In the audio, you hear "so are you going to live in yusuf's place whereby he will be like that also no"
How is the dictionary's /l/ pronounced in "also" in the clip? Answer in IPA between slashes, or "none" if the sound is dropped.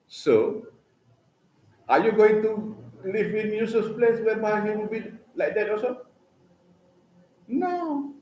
none